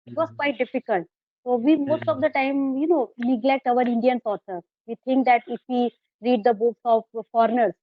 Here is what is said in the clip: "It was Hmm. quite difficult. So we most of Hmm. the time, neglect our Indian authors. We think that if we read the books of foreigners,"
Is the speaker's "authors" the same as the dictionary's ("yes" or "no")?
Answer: no